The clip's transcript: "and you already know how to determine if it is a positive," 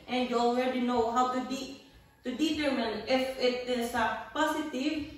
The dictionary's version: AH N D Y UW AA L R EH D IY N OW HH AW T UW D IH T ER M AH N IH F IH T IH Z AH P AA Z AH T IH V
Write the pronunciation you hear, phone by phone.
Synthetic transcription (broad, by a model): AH N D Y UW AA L W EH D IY N OW HH AW T UW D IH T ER M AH N IH F IH T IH S AH P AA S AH T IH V